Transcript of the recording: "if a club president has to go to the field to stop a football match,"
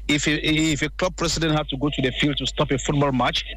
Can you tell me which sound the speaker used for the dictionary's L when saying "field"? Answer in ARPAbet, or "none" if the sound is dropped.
L